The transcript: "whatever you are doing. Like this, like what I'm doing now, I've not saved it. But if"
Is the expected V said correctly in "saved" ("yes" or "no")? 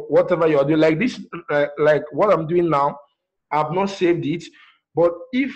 yes